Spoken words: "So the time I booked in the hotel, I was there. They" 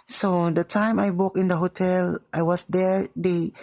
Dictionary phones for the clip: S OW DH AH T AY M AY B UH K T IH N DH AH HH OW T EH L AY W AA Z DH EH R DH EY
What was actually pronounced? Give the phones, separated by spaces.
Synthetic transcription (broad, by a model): S OW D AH T AY M AY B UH K IH N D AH HH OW T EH L AY W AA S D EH R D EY